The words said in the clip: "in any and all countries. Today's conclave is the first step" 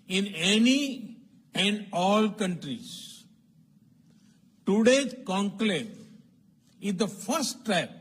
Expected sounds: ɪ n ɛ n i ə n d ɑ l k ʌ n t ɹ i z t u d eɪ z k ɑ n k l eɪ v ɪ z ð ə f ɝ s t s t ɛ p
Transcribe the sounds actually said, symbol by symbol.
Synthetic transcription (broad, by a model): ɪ n ɛ n i ə n d ɑ l k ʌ n t ɹ i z t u d eɪ k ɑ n k l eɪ ɪ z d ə f ɝ s t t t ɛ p